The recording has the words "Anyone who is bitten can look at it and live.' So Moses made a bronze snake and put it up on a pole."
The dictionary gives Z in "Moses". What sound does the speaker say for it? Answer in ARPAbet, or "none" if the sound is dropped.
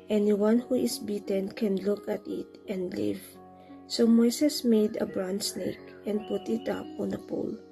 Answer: S